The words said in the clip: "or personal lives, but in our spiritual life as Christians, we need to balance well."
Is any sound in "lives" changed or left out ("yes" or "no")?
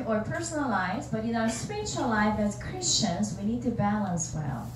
yes